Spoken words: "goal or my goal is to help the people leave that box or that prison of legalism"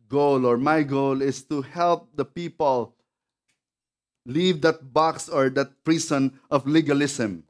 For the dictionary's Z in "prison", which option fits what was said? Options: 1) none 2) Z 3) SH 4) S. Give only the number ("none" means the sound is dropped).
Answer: 4